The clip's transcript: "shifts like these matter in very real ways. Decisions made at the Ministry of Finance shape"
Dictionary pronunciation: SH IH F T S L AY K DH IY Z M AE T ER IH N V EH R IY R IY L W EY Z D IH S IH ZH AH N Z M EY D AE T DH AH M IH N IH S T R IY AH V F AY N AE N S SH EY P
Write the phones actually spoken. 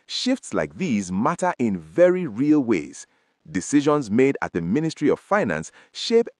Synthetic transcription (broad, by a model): SH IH F T S L AY K DH IY Z M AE T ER IH N V EH R IY R IY L W EY Z D IH S IH ZH AH N Z M EY D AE T DH AH M IH N IH S T R IY AH V F AY N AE N S SH EY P